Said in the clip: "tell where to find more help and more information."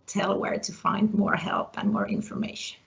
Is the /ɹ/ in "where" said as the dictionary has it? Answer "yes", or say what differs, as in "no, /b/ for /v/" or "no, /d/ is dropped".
yes